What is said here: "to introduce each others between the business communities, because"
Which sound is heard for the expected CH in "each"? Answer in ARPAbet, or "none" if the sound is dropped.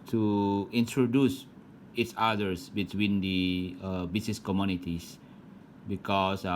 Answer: S